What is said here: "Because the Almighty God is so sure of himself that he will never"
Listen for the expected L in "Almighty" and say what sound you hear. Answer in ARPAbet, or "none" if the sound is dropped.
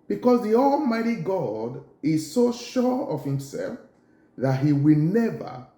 L